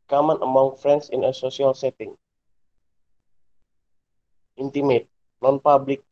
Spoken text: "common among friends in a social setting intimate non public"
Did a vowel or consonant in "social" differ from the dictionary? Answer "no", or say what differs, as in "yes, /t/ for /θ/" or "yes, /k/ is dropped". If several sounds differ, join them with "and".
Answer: yes, /s/ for /ʃ/